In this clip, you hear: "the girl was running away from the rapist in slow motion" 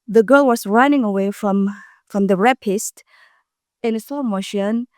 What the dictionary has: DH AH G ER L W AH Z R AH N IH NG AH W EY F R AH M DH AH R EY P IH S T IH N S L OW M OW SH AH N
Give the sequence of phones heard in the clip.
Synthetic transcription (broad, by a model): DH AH G ER L W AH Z R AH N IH NG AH W EY F R AH M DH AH R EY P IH S T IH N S OW M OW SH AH N